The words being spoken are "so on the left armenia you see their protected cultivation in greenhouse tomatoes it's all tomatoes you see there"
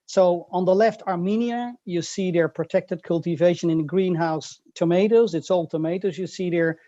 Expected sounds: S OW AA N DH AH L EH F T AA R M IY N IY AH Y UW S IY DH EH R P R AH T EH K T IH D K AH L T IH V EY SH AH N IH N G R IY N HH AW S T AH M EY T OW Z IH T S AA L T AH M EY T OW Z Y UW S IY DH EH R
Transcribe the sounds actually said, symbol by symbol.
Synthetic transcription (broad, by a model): S OW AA N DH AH L EH F T AA R M IY N IY AH Y UW S IY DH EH R P R AH T EH K T IH D K AH L T IH V EY SH AH N IH N G R IY N HH AW S T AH M EY T OW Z IH T S AA L T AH M EY T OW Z Y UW S IY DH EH R